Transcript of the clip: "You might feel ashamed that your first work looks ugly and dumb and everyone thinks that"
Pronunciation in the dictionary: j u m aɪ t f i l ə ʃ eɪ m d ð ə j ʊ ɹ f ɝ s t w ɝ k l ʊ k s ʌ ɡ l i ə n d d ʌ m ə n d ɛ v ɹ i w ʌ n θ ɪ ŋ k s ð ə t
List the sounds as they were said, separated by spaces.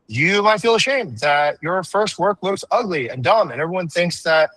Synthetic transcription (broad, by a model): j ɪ m aɪ t f i l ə ʃ eɪ m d ð ə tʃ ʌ ɹ f ɝ s t w ɝ k l ʊ k s ʌ ɡ l i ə n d d ʌ m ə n ɛ v ɹ i w ʌ n θ ɪ ŋ k s ð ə t